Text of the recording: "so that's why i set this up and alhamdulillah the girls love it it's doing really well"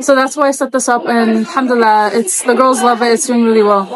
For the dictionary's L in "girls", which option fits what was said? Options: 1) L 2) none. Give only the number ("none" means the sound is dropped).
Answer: 1